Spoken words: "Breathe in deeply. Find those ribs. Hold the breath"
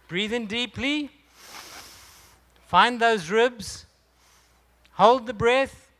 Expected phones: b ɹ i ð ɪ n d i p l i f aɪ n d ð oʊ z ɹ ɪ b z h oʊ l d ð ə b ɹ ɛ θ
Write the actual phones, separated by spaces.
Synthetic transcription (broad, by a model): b ɹ i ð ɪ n d i p l i f aɪ n ð oʊ z ɹ ɪ b z h oʊ l d ð ə b ɹ ɛ θ